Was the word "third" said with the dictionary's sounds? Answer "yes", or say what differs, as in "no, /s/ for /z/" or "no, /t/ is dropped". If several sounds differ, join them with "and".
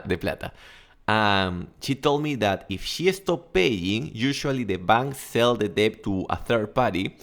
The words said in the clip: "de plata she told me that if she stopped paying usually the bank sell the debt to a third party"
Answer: yes